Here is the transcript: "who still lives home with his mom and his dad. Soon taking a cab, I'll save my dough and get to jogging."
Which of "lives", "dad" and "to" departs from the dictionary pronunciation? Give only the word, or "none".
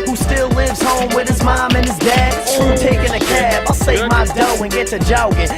to